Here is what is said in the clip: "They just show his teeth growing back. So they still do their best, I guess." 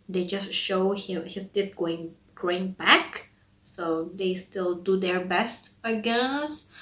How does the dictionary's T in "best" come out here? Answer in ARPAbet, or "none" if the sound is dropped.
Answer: T